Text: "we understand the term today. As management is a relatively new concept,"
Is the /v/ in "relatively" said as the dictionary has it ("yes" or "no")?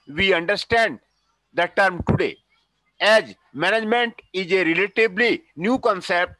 no